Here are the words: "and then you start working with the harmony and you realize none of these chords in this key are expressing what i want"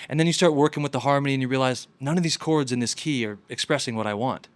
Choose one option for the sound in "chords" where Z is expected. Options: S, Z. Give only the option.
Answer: Z